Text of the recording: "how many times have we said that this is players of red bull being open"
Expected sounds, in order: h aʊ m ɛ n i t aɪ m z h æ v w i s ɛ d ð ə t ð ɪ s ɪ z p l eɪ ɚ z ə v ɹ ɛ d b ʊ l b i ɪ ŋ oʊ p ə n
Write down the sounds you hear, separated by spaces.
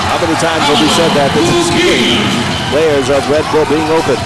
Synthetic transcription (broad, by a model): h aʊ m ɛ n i t aɪ m z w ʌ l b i s ɛ d ð ə t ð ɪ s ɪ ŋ p l eɪ ɚ z ə v ɹ ɛ d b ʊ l b i ɪ ŋ oʊ p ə n